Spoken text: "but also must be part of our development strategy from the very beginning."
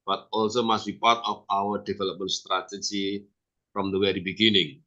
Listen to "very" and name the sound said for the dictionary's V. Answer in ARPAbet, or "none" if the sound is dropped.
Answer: W